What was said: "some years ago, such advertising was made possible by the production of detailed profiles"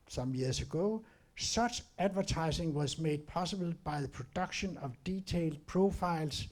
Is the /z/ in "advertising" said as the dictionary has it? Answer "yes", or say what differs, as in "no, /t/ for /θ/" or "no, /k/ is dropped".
no, /s/ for /z/